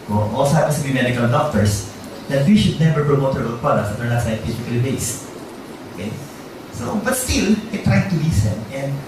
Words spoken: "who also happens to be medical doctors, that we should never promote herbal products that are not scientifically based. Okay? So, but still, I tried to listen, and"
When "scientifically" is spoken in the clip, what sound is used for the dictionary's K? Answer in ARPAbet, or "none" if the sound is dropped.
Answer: none